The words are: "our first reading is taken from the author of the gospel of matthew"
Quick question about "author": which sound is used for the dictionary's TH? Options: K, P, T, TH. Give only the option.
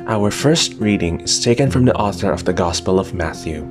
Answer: TH